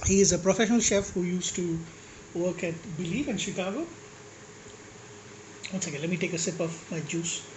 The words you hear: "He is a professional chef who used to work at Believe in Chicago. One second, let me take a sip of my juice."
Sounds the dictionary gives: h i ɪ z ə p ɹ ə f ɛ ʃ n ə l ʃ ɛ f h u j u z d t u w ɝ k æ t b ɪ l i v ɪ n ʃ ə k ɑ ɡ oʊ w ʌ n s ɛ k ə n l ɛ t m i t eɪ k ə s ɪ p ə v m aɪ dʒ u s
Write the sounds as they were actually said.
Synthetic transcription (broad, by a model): h i ɪ z ə p ɹ ə f ɛ ʃ n ə l ʃ ɛ f h u j u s t u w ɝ k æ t b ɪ l i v ɪ n ʃ ə k ɑ ɡ oʊ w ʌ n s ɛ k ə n l ɛ t m i t eɪ k ə s ɪ p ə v m aɪ dʒ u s